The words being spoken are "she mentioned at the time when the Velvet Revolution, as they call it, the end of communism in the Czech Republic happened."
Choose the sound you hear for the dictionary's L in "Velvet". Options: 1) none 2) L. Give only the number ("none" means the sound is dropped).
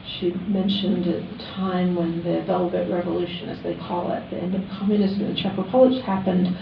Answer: 2